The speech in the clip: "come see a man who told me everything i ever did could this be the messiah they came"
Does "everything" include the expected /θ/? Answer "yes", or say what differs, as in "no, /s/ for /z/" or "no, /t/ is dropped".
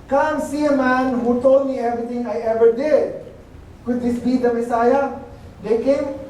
no, /t/ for /θ/